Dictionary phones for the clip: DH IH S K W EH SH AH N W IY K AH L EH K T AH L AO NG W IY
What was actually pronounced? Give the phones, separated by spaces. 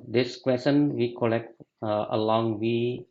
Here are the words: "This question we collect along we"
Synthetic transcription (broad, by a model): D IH S K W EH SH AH N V IY K AH L EH K T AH L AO NG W IY